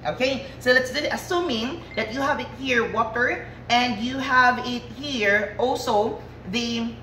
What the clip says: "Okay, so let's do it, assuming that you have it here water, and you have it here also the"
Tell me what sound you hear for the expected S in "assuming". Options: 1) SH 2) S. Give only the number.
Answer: 2